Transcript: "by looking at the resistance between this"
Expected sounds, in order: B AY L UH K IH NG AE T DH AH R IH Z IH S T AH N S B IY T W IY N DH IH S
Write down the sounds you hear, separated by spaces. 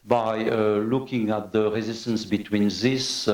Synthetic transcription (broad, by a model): B AY L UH K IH NG AE T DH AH R IH Z IH S T AH N S B IY T W IY N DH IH S